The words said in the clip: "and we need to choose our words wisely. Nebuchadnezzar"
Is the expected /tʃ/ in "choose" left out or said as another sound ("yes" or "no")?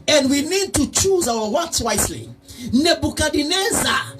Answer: no